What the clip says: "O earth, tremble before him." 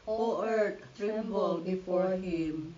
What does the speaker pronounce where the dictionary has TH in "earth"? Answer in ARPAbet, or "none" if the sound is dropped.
T